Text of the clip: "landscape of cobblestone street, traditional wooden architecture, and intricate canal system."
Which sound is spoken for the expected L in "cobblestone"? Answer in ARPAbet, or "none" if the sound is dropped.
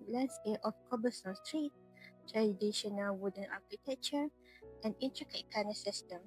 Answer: none